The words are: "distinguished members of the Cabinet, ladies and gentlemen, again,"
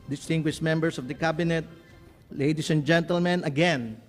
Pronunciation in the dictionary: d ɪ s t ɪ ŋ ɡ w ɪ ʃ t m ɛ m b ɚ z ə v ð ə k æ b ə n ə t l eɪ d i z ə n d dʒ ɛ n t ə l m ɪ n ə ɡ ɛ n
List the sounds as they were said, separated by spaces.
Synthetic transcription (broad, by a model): d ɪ s t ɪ ŋ ɡ w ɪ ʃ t m ɛ m b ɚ s ə v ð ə k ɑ b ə n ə t l eɪ d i s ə n dʒ ɛ n t ə l m ɪ n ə ɡ ɛ n